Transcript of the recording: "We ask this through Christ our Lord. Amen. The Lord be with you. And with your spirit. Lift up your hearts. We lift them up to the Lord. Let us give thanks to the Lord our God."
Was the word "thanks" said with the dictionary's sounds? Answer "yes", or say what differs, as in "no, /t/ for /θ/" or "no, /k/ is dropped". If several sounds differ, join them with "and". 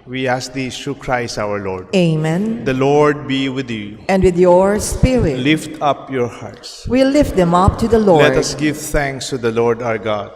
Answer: no, /t/ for /θ/